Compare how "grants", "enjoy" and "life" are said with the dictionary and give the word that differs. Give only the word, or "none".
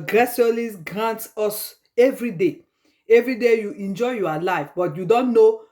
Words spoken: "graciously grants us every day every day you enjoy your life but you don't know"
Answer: grants